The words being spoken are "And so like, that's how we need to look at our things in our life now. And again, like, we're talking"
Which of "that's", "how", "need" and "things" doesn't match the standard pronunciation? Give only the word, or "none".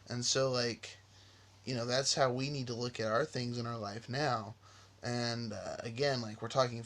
none